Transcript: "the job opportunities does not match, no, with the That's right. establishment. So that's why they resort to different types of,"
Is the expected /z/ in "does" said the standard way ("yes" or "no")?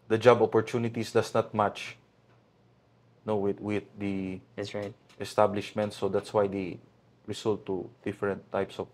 no